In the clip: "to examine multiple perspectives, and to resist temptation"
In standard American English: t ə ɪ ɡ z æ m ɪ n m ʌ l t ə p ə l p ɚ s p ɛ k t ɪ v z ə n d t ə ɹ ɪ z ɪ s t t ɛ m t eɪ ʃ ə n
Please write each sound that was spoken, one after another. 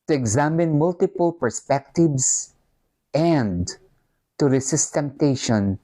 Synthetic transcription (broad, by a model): t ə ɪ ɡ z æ m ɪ n m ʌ l t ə p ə l p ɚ s p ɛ k t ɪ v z ə n d t ə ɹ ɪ s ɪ s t t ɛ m t eɪ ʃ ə n